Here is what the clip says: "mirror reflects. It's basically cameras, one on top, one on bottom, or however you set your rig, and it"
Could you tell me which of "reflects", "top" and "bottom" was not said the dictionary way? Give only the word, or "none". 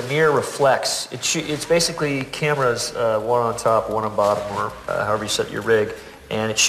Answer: reflects